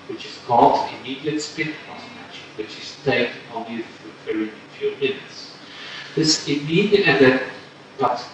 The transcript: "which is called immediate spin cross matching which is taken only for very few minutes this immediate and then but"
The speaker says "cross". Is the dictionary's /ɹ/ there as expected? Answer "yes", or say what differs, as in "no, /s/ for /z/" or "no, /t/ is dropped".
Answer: no, /ɹ/ is dropped